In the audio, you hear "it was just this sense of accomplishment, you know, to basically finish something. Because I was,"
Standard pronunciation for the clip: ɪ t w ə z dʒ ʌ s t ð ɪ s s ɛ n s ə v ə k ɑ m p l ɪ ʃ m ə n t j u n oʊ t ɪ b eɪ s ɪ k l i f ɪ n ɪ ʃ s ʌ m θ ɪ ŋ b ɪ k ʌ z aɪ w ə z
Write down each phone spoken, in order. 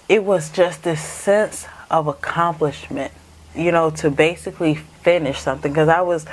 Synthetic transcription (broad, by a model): ɪ t w ə z dʒ ʌ s t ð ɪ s s ɛ n s ə v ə k ɑ m p l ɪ ʃ m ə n t j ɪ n oʊ t ɪ b eɪ s ɪ k l i f ɪ n ɪ ʃ s ʌ m θ ɪ ŋ k ʌ z aɪ w ə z